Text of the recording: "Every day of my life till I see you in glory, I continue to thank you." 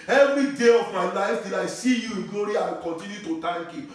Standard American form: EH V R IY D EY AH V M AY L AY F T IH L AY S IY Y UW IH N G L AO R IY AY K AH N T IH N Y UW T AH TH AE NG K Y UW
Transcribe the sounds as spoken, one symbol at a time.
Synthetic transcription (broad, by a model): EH V R IY D EY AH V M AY N AY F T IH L AY S IY Y UW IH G AO R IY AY K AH N T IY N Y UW T AH T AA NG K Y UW